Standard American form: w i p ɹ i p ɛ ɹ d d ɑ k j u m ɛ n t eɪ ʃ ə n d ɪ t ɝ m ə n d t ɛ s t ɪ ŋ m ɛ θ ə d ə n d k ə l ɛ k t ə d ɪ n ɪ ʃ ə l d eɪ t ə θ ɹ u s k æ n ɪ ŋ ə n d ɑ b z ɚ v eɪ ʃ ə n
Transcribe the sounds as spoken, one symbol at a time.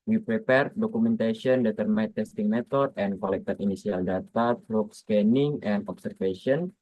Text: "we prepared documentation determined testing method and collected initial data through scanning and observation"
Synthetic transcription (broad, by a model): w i p ɹ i p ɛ ɹ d d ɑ k u m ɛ n t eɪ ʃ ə n d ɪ t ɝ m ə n t ɛ s t ɪ ŋ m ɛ t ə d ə n k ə l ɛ k t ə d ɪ n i s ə l d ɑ t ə t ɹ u s k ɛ n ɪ ŋ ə n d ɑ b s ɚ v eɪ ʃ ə n